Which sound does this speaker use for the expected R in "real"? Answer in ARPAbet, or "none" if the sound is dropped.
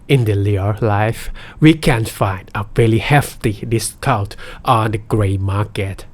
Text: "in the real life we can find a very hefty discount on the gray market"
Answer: L